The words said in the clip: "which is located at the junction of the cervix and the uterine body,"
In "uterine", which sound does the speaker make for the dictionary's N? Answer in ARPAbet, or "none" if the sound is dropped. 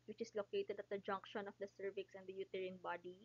N